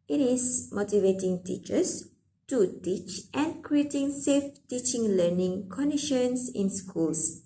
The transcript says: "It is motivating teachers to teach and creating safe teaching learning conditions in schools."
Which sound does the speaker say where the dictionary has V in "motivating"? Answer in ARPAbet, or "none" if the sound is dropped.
V